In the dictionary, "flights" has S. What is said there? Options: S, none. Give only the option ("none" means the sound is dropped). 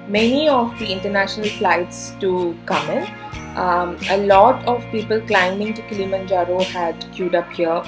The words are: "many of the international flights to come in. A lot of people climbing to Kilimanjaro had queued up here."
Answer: S